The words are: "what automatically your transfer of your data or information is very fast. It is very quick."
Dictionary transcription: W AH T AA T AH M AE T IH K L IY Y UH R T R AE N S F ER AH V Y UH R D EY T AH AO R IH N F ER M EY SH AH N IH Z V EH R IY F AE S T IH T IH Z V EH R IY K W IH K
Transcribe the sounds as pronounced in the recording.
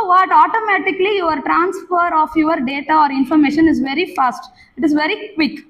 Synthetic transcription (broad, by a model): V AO T AA T AH M AE T IH K L IY Y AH R T R AE N S F ER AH F Y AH R D EY T AH AO R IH N F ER M EY SH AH N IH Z V EH R IY F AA S T IH T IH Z V EH R IY K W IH K